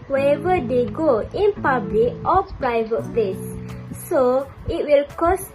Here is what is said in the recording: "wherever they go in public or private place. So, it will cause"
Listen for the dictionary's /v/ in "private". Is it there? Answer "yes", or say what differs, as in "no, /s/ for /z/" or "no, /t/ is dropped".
yes